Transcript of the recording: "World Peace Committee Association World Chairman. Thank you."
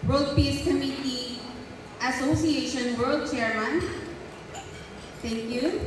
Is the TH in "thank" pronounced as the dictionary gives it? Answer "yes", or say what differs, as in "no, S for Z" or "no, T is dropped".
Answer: no, T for TH